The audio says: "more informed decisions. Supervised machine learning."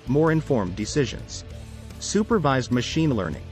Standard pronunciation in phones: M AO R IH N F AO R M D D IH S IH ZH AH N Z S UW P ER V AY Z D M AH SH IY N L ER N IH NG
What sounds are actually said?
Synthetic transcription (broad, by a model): M AO R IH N F AO R M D D IH S IH ZH AH N Z S UW P ER V AY Z D M AH SH IY N L ER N IH NG